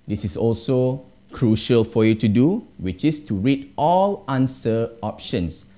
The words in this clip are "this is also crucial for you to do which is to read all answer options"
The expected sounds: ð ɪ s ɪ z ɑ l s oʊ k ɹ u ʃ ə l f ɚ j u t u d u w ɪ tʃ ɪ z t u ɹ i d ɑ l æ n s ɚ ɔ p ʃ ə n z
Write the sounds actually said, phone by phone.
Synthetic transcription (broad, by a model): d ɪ s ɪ s ɑ l s oʊ k ɹ u ʃ ə l f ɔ j u t u d u w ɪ tʃ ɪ s t u ɹ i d ɑ l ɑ n s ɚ ɔ p ʃ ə n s